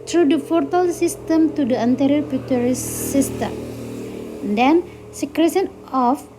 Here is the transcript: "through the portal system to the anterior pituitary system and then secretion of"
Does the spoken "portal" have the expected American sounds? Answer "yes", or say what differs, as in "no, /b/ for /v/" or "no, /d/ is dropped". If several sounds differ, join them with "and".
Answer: no, /f/ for /p/